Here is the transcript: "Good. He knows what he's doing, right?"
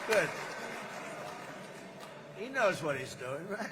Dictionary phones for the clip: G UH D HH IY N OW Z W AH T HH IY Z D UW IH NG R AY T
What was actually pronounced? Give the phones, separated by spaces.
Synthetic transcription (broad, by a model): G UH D HH IY N OW Z W AH T HH IY Z D UW IH NG R AY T